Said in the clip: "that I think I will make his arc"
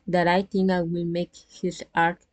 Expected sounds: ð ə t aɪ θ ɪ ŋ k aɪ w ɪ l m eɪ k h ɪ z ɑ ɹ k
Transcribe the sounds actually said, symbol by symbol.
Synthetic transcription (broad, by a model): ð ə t aɪ t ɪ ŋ aɪ w ɪ l m eɪ k h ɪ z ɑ ɹ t